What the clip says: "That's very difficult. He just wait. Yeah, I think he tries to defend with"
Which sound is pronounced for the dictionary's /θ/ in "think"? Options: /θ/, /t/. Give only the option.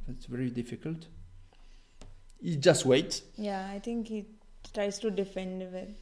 /t/